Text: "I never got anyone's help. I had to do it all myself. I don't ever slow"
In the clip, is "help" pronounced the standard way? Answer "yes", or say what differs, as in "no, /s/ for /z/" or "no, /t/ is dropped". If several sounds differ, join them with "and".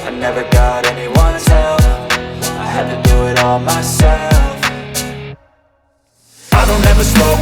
no, /f/ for /p/